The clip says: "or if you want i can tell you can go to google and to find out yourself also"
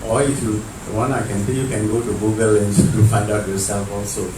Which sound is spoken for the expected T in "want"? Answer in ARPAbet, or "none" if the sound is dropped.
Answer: none